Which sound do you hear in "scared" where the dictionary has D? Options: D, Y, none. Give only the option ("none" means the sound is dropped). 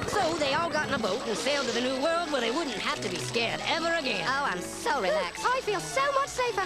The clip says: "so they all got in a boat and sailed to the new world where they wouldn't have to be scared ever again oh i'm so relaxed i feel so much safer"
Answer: D